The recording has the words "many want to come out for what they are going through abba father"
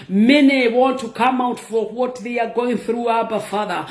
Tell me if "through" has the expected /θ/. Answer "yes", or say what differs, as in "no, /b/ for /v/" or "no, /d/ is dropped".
yes